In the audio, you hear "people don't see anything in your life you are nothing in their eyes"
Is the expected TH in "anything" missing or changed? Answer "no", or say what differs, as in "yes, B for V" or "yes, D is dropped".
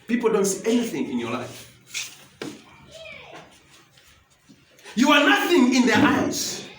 no